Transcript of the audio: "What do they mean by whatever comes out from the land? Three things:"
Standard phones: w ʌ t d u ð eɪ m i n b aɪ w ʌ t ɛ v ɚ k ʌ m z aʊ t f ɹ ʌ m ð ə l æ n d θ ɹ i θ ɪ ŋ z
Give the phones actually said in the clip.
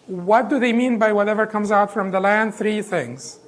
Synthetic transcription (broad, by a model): w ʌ t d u ð eɪ m i n b aɪ w ʌ t ɛ v ɚ k ʌ m z aʊ t f ɹ ʌ m ð ə l æ n d θ ɹ i θ ɪ ŋ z